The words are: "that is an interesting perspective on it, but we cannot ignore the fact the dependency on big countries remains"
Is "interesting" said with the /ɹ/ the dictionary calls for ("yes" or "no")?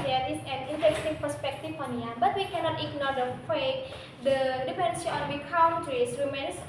no